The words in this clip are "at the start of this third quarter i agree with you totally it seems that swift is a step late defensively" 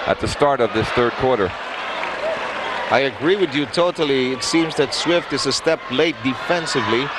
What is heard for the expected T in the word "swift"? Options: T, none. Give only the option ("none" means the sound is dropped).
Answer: T